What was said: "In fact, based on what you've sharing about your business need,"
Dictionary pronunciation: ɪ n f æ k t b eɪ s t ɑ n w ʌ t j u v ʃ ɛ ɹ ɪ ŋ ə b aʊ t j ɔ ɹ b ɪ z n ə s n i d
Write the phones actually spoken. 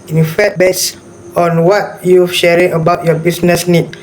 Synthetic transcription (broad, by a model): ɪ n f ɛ t b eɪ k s ɑ n w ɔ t j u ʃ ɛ ɹ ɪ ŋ ə b aʊ t j ɔ b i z n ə s n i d